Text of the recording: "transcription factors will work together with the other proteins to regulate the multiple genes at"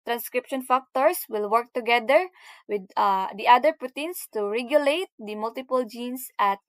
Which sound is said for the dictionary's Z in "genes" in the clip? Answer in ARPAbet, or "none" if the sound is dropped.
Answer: S